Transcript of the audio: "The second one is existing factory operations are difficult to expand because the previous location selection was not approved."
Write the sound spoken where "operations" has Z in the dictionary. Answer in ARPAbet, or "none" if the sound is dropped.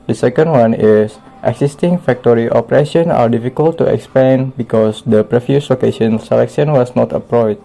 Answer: none